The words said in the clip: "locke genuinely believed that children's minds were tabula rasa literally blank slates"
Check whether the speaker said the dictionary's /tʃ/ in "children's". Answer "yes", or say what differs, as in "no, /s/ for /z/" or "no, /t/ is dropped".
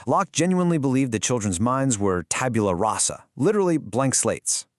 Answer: yes